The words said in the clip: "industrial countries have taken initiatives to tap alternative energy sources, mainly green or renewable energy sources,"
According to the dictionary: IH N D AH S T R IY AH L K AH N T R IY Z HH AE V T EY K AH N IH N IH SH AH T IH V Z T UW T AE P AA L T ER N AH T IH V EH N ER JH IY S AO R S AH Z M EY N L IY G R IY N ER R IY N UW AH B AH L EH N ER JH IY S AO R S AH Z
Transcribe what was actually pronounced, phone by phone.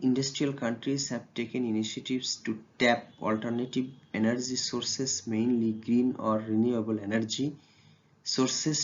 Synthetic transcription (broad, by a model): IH N D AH S T R IY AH L K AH N T R IY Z HH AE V T EY K AH N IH N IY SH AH T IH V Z T UW T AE P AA L T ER N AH T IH B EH N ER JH IY S AO R S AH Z M EY N L IY G R IY N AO R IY N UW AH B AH L EH N ER JH IY S AO R S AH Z